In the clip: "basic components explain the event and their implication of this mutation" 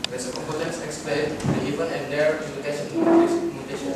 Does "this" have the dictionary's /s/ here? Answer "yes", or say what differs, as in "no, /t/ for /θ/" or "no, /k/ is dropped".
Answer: no, /s/ is dropped